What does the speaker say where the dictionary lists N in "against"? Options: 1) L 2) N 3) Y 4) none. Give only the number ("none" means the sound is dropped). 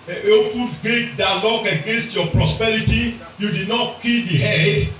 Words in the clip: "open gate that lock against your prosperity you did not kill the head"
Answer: 2